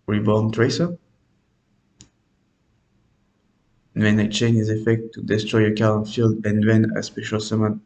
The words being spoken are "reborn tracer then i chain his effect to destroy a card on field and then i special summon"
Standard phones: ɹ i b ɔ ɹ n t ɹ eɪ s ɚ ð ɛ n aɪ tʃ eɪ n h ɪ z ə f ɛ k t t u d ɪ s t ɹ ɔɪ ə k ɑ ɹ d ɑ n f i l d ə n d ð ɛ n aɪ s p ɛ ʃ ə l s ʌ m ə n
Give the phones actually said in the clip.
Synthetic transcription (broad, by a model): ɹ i b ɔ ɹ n t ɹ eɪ s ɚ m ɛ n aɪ tʃ eɪ n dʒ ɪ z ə f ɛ k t t u d ɪ s t ɹ ɔɪ ə k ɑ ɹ ɑ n f i l d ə n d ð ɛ n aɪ s p ɛ ʃ ə l s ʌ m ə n